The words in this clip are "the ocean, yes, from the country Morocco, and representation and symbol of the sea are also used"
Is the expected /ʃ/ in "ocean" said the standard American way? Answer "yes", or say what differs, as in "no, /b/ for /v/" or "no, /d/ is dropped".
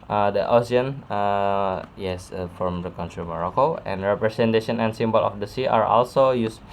no, /s/ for /ʃ/